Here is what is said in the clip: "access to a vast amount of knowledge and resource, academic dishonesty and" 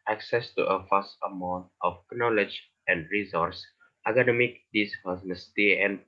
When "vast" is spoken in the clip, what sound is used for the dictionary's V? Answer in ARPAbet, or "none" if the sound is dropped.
F